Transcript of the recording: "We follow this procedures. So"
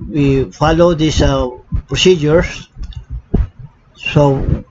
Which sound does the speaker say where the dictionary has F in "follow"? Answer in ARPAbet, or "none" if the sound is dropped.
F